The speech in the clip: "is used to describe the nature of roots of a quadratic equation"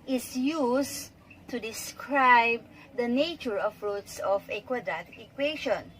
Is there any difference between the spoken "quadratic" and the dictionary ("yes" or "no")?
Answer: yes